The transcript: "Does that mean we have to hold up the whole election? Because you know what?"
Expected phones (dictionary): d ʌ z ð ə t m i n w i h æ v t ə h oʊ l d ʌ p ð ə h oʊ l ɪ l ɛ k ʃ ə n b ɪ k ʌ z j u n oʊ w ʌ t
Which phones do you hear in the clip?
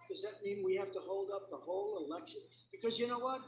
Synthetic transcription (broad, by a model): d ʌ z ð ə t m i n w i h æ f t ə h oʊ l d ʌ p ð ə h oʊ l ɪ l ɛ k ʃ ə n b ɪ k ʌ z j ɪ n oʊ w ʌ t